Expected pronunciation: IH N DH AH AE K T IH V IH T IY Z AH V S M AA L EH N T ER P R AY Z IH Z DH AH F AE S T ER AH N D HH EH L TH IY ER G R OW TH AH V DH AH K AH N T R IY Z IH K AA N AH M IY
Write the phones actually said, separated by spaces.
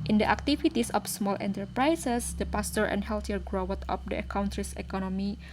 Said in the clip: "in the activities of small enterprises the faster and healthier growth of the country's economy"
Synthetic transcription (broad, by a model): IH N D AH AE K T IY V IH T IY S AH F S M AA L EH N T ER P R AY S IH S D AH P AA S T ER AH N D HH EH L T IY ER G R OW T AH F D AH K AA N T R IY S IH K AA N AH M IY